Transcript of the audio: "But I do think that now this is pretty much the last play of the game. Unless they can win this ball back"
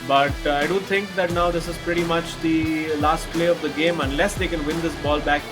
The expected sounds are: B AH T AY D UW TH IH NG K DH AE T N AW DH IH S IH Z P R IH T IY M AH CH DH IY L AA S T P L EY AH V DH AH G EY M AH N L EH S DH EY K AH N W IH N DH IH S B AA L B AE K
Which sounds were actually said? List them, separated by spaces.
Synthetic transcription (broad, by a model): B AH T AY D UW T IH NG K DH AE T N AW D IH S IH Z P R IH T IY M AH CH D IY L AA S T P L EY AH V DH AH G EY M AH N L EH S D EY K AH N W IH N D IH S B AA L B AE K